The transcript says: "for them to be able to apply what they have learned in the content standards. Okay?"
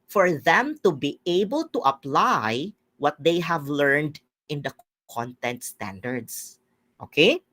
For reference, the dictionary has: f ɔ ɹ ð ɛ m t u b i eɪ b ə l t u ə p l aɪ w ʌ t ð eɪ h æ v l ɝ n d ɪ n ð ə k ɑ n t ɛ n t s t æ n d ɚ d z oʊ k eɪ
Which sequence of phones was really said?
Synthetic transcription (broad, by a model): f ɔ ɹ ð ɛ m t u b i eɪ b ə l t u ə p l aɪ w ʌ t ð eɪ h æ v l ɝ n d ɪ n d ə k ɑ n t ɛ n t s t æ n d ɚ d s oʊ k eɪ